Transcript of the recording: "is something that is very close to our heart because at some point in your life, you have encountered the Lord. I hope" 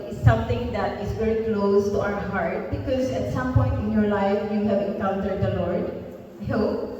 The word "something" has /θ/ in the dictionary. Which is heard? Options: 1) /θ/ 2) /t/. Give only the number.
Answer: 2